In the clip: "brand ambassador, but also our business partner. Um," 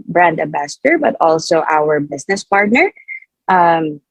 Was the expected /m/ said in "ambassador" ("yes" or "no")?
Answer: no